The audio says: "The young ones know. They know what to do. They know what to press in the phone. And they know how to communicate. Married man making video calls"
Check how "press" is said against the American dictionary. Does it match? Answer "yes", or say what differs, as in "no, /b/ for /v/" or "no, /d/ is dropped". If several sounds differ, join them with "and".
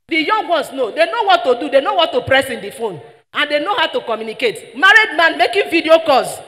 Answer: yes